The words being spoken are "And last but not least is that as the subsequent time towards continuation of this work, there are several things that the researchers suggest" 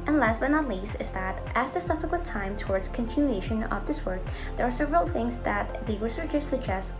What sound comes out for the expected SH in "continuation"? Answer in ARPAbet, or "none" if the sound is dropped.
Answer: SH